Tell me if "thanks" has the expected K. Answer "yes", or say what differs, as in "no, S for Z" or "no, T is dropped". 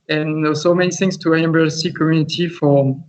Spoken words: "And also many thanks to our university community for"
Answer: no, K is dropped